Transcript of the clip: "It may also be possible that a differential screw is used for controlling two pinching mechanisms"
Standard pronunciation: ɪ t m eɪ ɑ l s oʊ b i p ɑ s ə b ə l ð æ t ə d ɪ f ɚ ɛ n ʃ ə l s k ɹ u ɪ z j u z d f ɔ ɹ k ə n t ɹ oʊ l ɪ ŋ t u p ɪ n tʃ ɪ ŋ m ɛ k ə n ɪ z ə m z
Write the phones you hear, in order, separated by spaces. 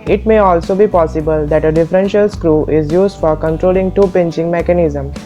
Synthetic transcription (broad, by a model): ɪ t m eɪ ɑ l s oʊ b i p ɑ s ə b ə l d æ t ə d ɪ f ɚ ɛ n ʃ ə l s k ɹ u ɪ z j u z d f ɔ ɹ k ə n t ɹ oʊ l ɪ ŋ t u p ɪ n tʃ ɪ ŋ m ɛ k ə n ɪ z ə m